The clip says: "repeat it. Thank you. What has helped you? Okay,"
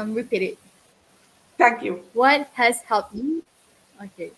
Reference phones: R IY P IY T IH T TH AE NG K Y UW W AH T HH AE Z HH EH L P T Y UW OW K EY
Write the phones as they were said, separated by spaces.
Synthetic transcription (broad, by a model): R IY P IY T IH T T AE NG K Y UW W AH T HH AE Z HH EH L P T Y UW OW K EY